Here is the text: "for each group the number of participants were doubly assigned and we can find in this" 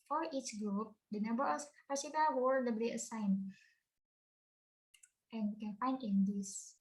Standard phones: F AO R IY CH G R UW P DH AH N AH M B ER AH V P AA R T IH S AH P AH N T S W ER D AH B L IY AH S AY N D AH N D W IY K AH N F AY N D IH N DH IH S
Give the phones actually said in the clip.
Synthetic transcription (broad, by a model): F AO R IY CH G R UW P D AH N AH M B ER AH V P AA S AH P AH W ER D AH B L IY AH S AY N AH N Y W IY K AH N F AY N D IH N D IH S